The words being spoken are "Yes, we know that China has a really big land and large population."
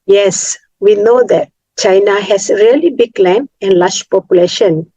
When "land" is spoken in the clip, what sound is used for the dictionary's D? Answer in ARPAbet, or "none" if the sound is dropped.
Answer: none